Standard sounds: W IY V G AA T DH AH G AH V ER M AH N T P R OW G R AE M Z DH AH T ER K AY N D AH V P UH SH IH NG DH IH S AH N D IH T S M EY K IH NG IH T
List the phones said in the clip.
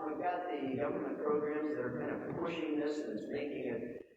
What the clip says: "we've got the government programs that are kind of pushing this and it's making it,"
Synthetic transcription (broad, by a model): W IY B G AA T DH AH G AH V ER M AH N P R OW G R AE M Z DH AH T ER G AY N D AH P UH SH IH NG DH IH S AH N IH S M EY K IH NG IH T